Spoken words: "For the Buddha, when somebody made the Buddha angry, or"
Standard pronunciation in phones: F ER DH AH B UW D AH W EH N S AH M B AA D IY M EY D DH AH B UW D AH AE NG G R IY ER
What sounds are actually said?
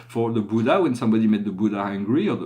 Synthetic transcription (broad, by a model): F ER DH AH B UW D AH W EH N S AH M B AA D IY M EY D DH AH B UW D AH AE NG G R IY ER